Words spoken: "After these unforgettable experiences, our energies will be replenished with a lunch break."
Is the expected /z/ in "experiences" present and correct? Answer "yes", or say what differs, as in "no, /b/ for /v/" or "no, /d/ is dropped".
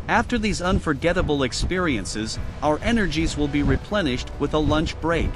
yes